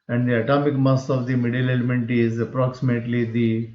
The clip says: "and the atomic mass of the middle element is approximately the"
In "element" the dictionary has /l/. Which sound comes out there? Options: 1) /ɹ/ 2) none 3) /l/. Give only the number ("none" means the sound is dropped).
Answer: 3